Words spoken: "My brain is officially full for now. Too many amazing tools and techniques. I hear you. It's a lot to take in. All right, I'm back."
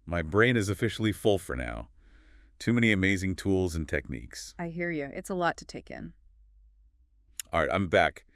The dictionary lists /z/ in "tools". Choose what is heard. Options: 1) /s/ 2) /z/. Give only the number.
2